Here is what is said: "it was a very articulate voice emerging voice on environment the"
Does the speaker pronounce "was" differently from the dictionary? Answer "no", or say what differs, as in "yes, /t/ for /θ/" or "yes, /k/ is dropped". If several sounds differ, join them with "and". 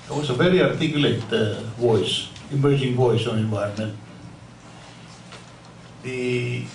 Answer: yes, /s/ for /z/